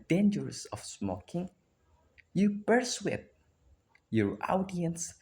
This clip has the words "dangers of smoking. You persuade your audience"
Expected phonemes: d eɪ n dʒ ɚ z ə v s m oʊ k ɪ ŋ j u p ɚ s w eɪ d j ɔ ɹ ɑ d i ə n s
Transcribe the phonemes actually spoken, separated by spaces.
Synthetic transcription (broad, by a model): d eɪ n dʒ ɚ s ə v s m oʊ k ɪ ŋ j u b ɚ s w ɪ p j ɔ ɹ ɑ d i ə n s